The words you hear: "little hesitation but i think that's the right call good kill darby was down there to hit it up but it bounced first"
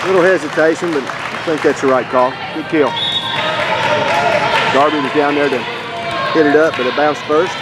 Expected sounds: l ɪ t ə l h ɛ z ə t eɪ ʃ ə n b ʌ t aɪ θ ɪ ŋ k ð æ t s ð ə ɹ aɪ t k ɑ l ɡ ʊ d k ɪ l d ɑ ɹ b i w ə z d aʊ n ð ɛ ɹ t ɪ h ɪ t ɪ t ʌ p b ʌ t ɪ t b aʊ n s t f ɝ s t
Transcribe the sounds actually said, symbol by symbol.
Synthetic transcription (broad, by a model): l ɪ t l h ɛ z ə t eɪ ʃ ə n b ʌ t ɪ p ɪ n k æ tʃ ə ɹ aɪ t k ɑ l ɡ ʊ d k ɪ l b ɑ ɹ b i w ə z d aʊ n ð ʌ ɹ t ɪ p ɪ t ɪ t ʌ p b ʌ t ɪ t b aʊ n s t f ɝ s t